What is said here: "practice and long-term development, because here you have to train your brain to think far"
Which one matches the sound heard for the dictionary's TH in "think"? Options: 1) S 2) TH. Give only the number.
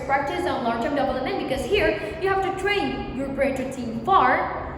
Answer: 1